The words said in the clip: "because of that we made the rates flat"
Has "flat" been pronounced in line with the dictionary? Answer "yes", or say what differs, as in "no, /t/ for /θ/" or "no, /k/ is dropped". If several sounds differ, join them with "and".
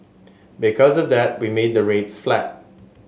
yes